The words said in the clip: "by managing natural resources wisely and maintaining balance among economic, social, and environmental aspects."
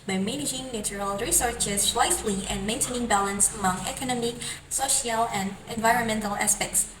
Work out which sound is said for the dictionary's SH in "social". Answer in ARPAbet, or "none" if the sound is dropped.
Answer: SH